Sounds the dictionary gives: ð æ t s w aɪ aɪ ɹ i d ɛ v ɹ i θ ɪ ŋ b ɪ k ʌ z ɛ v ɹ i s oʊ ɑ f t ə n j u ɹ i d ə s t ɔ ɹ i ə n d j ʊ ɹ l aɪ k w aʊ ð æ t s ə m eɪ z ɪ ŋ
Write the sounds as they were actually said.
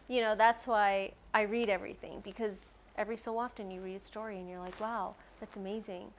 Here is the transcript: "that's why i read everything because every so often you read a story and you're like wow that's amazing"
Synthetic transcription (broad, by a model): ð æ t s w aɪ aɪ ɹ i d ɛ v ɹ i θ ɪ ŋ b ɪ k ʌ z ɛ v ɹ i s oʊ ɑ f t ə n j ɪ ɹ i d ə s t ɔ ɹ i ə n j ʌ ɹ l aɪ k w aʊ ð æ t s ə m eɪ z ɪ ŋ